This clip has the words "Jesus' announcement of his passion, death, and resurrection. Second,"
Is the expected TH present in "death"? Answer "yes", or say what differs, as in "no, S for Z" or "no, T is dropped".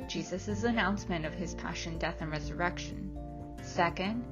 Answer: yes